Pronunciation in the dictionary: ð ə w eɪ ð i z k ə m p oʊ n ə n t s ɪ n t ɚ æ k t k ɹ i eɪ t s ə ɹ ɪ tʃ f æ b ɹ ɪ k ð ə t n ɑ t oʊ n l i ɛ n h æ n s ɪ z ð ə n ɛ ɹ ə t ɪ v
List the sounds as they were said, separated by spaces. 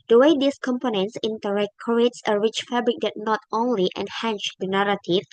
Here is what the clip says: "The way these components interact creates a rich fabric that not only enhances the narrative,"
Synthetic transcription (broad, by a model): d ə w eɪ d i s k ə m p oʊ n ə n t s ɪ n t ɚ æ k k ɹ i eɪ t s ə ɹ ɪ tʃ f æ b ɹ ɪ k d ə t n ɑ t oʊ n l i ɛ n h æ n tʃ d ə n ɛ ɹ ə t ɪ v